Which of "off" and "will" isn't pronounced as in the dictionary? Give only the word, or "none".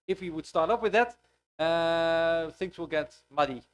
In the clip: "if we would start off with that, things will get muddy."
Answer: off